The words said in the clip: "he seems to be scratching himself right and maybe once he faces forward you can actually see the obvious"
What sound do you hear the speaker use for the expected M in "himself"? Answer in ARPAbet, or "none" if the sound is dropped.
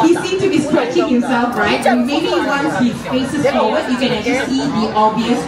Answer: none